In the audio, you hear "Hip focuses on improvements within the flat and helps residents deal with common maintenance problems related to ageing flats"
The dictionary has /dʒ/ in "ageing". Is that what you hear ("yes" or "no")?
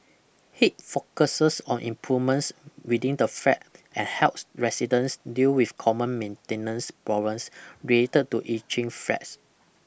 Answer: no